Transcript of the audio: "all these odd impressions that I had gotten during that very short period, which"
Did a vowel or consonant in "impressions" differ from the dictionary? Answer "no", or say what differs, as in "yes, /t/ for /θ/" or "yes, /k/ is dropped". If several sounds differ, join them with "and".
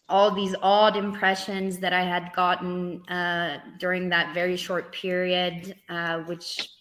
no